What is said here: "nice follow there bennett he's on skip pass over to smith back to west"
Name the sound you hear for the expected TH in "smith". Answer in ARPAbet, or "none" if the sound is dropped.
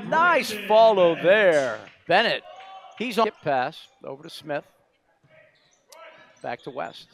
TH